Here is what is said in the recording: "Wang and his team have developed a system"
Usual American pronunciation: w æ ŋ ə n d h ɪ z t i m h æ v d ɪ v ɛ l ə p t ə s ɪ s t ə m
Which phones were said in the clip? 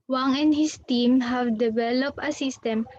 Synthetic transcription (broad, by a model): w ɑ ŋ ə n d h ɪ s t i m h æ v d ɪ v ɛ l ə p ə s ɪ s t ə m